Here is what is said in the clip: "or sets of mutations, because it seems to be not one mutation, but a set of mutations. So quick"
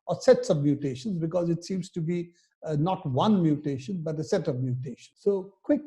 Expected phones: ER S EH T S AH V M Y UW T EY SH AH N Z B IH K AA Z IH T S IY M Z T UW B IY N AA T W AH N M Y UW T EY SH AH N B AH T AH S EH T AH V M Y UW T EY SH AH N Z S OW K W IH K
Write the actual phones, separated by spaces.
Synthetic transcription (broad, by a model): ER S EH T S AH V M Y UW T EY SH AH N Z B IH K AA Z IH T S IY M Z T UW B IY N AA T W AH N M Y UW T EY SH AH N B AH T AH S EH T AH V M Y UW T EY SH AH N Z S OW K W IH K